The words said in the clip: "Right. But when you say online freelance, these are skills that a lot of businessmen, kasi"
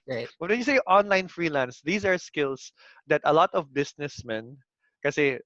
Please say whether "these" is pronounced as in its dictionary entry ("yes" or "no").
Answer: no